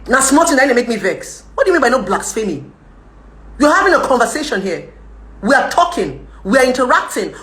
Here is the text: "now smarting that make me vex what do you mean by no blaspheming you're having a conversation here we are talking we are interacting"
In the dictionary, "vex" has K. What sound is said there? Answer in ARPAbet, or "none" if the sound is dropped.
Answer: K